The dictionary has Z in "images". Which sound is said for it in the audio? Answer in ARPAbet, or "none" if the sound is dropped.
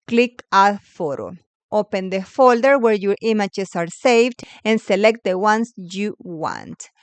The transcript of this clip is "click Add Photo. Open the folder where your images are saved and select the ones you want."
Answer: S